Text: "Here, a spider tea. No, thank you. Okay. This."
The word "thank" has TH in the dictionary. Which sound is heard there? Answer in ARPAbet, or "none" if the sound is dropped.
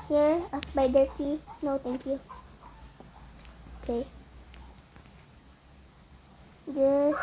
T